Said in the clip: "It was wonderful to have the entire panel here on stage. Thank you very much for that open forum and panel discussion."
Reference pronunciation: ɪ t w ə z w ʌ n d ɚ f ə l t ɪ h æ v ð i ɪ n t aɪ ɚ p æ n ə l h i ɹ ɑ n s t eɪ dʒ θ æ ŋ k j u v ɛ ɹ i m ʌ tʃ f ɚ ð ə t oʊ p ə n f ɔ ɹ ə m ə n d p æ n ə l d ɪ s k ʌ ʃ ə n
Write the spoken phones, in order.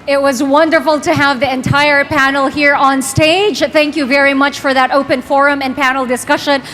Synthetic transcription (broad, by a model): ɪ t w ə z w ʌ n d ɚ f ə l t ɪ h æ v ð i ɪ n t aɪ ɚ p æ n l h i ɹ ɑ n s t eɪ dʒ θ æ ŋ k j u v ɛ ɹ i m ʌ tʃ f ɚ ð ə t oʊ p ə n f ɔ ɹ ə m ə n p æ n l d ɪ s k ʌ ʃ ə n